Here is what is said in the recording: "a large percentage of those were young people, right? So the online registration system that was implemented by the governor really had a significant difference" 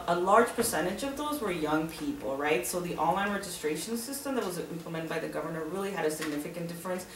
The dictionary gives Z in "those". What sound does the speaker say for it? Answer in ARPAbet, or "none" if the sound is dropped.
Z